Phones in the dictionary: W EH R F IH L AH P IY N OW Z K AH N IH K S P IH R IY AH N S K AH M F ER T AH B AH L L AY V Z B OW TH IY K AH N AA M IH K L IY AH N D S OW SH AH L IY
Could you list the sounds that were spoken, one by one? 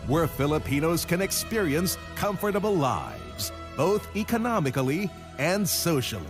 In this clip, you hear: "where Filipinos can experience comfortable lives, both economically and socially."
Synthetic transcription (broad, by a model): W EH R F IH L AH P IY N OW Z K AH N IH K S P IH R IY AH N S K AH M F ER T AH B L L AY V Z B OW TH IY K AH N AA M IH K L IY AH N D S OW SH L IY